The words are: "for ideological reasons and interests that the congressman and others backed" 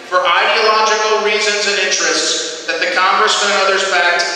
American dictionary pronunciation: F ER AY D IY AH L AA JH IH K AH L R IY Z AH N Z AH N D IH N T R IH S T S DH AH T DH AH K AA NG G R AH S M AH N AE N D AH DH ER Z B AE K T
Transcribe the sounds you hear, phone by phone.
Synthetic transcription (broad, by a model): F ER AY D IY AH L AA JH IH K L R IY Z AH N Z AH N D IH N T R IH S T S DH AH T DH AH K AA NG G R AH S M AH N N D AH DH ER Z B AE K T